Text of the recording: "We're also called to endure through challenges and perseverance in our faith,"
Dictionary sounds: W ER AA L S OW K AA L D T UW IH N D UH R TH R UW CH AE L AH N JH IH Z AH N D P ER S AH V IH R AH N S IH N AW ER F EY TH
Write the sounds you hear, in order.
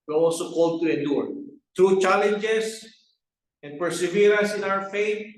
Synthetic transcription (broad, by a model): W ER AA L S OW K AA L D T UW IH N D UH R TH R UW CH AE L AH N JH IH S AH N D P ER S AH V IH R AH S IH N AW ER F EY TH